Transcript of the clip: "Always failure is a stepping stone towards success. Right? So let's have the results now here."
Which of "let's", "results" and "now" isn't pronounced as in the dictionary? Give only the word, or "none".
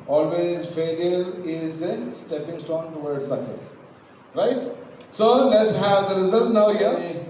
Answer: results